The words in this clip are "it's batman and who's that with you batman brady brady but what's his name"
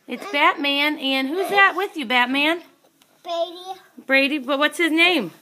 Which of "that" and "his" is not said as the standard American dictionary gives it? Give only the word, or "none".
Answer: none